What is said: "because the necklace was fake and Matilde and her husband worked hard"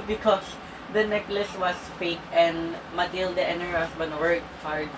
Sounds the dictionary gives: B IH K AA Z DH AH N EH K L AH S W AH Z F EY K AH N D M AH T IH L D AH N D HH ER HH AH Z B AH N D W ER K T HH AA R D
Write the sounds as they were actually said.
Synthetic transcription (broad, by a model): B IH K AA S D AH N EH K L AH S W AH S F EY K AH N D M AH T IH L D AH N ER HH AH S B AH N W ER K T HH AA R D